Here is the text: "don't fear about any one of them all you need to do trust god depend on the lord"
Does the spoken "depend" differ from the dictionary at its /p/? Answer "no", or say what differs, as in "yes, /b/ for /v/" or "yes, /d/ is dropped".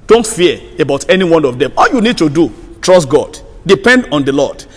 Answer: no